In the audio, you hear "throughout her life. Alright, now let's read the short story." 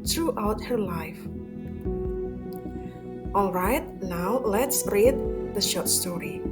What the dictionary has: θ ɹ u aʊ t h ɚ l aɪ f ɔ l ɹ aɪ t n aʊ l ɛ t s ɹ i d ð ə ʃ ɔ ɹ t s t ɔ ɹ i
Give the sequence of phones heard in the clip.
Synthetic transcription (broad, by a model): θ ɹ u aʊ t h ɚ l aɪ f ɔ l ɹ aɪ t n aʊ l ɛ t s ɹ i d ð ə ʃ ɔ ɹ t s t ɔ ɹ i